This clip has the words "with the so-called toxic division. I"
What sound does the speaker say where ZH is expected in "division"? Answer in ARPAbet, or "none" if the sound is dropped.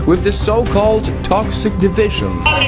ZH